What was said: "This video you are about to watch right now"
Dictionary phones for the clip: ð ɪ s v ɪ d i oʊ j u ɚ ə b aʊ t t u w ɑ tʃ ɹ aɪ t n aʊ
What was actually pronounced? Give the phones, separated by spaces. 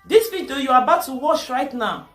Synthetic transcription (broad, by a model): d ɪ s p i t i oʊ j u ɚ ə b aʊ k t u w ɑ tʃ ɹ aɪ t n aʊ